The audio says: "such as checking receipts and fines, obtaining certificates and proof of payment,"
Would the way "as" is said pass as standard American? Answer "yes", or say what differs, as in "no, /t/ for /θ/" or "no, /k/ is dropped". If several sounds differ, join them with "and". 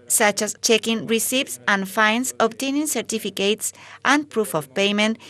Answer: no, /s/ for /z/